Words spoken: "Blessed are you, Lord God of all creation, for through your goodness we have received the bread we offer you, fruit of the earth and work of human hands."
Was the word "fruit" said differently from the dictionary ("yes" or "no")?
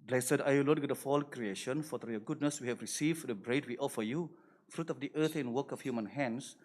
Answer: no